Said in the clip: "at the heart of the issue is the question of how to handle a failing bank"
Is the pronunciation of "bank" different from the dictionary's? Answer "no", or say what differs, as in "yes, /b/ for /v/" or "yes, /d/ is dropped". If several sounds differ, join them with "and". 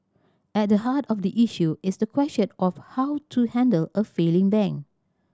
yes, /k/ is dropped